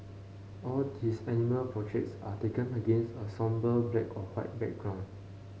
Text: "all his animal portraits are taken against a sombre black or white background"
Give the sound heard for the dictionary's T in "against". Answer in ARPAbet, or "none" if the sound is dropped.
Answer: T